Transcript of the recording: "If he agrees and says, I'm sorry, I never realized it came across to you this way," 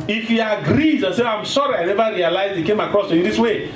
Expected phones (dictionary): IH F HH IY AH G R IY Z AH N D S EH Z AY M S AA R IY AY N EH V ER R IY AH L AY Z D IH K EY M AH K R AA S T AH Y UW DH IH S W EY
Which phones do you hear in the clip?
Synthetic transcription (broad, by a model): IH F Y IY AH G R IY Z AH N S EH AY M S AA R IY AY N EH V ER R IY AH L AY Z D IH K EY M AH K R AA S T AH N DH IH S W EY